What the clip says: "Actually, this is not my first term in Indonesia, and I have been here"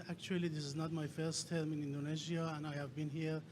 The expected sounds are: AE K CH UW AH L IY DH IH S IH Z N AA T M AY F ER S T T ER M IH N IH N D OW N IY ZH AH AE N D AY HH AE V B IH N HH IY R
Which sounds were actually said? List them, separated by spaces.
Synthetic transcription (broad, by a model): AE K CH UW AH L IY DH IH S IH Z N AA T M AY F ER S T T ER M IH N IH N D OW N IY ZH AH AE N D AY HH AE V B IH N HH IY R